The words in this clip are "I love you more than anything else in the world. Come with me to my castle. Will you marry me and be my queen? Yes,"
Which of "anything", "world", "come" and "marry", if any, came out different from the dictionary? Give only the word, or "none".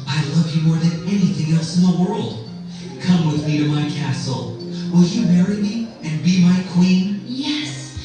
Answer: none